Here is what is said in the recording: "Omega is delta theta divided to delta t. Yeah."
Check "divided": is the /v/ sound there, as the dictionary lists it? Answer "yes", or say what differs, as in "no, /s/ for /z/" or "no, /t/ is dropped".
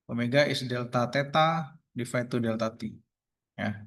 no, /f/ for /v/